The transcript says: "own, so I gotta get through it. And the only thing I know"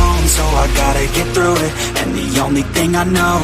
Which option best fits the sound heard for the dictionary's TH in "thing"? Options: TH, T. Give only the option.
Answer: TH